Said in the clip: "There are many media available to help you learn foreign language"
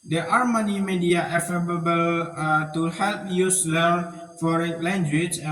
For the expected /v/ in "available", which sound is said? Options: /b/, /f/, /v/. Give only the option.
/f/